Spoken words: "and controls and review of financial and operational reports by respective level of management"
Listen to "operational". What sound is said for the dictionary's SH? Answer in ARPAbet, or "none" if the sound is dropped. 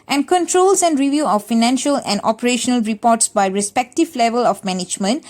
SH